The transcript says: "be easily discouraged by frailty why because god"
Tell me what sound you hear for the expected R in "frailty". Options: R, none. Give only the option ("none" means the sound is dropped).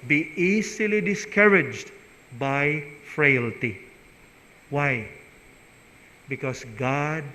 R